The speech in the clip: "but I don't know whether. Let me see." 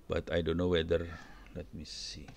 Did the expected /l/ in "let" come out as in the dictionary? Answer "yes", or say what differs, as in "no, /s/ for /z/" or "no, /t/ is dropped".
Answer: no, /n/ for /l/